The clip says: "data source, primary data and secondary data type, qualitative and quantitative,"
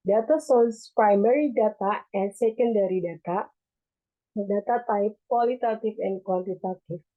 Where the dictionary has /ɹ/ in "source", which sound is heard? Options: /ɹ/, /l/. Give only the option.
/l/